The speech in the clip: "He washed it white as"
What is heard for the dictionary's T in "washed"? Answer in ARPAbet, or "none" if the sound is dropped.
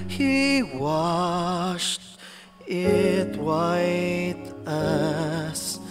T